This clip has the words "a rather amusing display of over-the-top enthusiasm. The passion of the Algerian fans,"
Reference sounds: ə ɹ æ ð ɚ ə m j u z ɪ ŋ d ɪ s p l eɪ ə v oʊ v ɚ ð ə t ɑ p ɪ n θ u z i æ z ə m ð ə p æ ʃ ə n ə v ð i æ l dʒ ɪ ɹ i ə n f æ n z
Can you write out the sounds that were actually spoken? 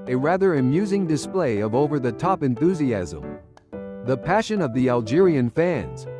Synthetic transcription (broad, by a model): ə ɹ æ ð ɚ ə m j u z ɪ ŋ d ɪ s p l eɪ ə v oʊ v ɚ ð ə t ɑ p ɪ n θ u z i æ z ə m ð ə p æ ʃ ə n ə v ð i æ l dʒ ɪ ɹ i ə n f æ n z